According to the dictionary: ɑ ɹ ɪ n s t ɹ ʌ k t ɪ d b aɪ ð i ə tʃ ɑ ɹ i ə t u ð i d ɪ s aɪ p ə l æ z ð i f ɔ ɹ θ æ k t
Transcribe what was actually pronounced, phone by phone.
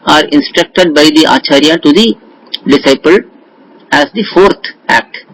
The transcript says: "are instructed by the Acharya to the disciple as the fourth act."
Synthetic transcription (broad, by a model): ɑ ɹ ɪ n s t ɹ ʌ k t ɪ d b aɪ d i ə tʃ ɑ ɹ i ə t u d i d ɪ s aɪ p ə l æ z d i f ɔ ɹ t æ k t